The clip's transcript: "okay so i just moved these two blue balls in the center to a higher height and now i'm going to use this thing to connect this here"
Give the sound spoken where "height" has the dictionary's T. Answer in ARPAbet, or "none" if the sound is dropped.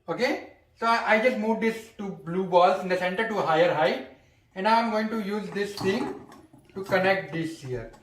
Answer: none